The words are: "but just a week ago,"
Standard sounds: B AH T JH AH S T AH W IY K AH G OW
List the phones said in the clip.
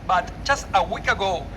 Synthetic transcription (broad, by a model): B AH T CH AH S AH W IY K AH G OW